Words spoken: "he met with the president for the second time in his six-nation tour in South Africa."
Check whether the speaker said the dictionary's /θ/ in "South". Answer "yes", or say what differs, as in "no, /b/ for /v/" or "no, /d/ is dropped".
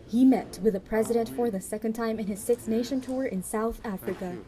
yes